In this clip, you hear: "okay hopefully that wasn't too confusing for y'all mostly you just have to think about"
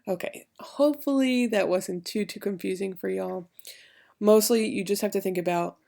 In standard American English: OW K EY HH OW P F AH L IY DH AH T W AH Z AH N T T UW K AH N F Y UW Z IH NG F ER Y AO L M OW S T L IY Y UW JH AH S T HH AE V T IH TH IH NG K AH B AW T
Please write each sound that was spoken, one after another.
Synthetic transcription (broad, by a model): OW K EY HH OW P F L IY DH AH T W AH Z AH N T T UW K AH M F Y UW Z IH NG F ER Y AO L M OW S T L IY Y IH JH AH S T HH AE F T IH TH IH NG K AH B AW T